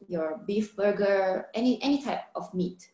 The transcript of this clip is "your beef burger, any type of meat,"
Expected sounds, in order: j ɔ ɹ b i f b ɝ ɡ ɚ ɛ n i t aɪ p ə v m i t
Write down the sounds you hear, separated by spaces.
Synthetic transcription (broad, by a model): j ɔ ɹ b i f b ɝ ɡ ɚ ɛ n i t aɪ p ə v m i t